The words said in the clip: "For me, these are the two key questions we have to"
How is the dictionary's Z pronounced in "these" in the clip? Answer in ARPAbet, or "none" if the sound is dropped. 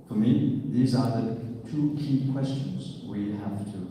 Z